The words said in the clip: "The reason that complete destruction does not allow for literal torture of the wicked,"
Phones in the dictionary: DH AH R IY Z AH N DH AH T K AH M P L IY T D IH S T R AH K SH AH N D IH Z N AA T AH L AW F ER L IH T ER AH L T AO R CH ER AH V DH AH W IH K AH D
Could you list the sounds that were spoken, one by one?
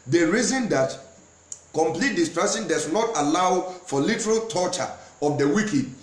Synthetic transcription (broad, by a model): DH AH R IY Z AH N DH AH T K AH M P L IY T D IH S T R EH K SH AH N D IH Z N AA T AH L AW F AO L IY T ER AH L T AO CH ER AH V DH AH W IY K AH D